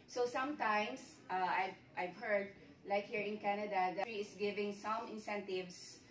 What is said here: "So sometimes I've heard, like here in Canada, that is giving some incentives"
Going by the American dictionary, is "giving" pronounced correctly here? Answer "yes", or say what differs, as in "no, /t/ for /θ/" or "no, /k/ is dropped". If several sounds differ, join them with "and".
yes